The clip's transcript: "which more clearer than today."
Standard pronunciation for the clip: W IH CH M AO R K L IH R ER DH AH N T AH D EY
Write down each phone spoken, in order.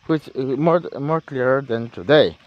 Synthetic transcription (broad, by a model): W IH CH M AO R K L IH R ER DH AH N T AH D EY